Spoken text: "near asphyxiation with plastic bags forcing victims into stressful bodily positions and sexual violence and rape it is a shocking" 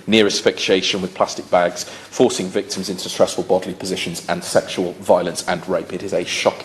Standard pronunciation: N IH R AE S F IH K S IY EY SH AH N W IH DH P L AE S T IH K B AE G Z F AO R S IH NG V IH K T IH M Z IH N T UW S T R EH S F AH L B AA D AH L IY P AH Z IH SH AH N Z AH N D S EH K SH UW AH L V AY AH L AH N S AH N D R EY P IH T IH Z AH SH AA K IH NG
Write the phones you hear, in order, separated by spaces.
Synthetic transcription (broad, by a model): N IH R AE S F IH K SH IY EY SH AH N W IH DH P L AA S T IH K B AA G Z F AO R S IH NG V IH K T IH M Z IH N T UW S T R EH S F AH L B AA D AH L IY P AH Z IH SH AH N Z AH N S EH K SH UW AH L V AY AH L AH N S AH N R EY P IH T IH Z AH SH AA K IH